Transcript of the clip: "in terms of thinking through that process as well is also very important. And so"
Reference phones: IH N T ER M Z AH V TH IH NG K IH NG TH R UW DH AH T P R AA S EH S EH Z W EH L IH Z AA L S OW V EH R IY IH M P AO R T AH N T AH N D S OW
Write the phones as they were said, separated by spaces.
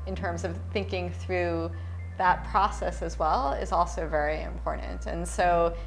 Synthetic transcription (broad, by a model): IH N T ER M Z AH V TH IH NG K IH NG TH R UW DH AH T P R AA S EH S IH Z W EH L IH Z AA L S OW V EH R IY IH M P AO R T N T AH N S OW